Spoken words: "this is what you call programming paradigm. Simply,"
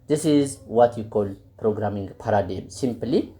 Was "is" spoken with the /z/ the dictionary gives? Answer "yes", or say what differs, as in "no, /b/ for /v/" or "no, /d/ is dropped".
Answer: yes